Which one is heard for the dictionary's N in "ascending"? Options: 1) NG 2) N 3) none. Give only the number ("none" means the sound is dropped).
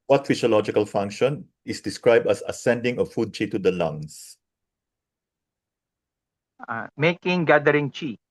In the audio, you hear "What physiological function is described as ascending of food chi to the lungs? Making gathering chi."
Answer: 2